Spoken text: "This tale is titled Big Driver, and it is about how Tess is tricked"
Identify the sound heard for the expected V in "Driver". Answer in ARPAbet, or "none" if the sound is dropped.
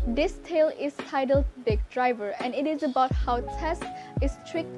V